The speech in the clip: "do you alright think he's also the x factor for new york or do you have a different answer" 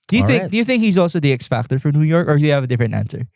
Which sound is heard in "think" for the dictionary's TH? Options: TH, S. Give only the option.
TH